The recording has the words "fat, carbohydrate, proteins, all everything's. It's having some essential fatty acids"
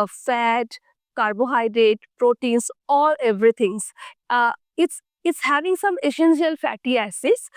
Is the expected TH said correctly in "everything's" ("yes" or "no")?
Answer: no